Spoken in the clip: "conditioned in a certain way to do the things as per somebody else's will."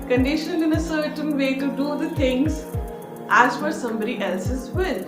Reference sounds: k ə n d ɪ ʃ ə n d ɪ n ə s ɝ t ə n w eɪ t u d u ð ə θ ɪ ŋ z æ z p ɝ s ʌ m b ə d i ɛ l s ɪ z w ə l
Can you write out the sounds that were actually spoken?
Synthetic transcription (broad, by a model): k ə n d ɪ ʃ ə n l ɪ n ə s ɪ t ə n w eɪ t u d u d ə t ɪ ŋ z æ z f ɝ s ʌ m b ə d i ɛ l s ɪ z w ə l